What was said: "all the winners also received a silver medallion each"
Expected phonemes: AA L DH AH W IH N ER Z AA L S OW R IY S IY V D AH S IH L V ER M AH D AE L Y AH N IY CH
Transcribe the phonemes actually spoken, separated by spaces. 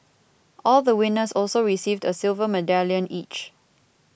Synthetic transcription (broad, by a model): AA L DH AH W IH N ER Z AA L S OW R IY S IY V D AH S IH L V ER M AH D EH L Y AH N IY CH